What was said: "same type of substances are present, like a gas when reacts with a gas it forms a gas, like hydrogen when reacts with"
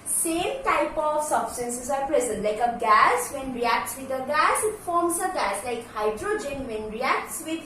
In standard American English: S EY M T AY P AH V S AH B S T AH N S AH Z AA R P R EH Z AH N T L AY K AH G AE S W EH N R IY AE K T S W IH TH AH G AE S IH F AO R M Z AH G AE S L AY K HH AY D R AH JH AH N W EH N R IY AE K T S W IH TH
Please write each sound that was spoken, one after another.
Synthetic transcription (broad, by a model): S EY M T AY P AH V S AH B S T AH N S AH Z AA R P R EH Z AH N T L AY K AH G AE S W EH N R IY AE K T S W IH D AH G AE S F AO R M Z AH G AE S L AY K HH AY D R AH JH AH N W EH N R IY AE K T S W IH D